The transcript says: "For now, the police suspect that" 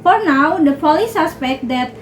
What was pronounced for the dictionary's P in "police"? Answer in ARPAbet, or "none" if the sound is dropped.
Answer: F